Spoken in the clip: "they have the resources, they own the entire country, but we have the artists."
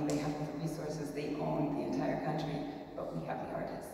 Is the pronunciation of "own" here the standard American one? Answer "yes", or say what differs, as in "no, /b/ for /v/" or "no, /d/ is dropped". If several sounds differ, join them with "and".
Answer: no, /l/ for /n/